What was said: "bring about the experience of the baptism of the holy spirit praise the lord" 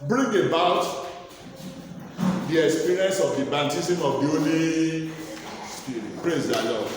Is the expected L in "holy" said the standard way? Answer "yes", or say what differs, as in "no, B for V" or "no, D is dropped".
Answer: no, N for L